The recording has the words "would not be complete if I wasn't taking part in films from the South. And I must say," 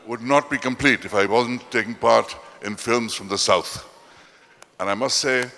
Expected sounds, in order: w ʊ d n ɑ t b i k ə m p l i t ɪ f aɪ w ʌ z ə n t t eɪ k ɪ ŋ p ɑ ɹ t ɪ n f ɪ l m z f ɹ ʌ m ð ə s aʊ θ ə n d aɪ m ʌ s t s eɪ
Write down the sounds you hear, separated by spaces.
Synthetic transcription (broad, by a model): w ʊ d n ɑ t b i k ə m p l i t ɪ f aɪ w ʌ z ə n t t eɪ k ɪ ŋ p ɑ ɹ t ɪ n f ɪ l m z f ɹ ʌ m ð ə s aʊ θ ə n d aɪ m ʌ s t s eɪ